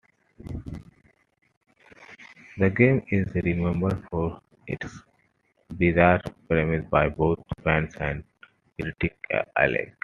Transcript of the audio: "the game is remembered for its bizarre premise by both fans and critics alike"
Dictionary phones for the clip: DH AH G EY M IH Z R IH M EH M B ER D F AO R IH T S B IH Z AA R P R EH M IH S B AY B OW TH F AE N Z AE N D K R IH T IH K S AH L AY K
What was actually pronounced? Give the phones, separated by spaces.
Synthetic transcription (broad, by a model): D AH G EY M IH Z R IH M EH M B ER D F AO R IH T S B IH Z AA R P R EH M IH S B AY B OW T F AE N S AE N D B R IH T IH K AH L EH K